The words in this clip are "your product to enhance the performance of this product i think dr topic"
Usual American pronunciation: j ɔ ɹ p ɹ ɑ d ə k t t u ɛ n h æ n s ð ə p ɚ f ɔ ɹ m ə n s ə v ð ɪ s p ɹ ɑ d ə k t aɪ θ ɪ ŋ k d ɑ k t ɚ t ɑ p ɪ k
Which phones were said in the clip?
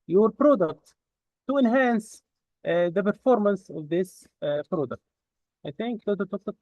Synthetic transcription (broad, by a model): j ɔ ɹ p ɹ ɑ d ə k t t u ɛ n h æ n s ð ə p ɚ f ɔ ɹ m ə n s ə v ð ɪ s p ɹ ɑ d ə k t aɪ θ ɪ ŋ k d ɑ t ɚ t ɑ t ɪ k